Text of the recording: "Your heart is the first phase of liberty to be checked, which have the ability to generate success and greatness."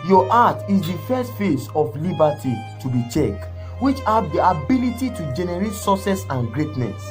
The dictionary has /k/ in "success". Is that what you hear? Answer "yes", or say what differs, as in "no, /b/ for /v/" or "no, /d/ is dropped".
no, /k/ is dropped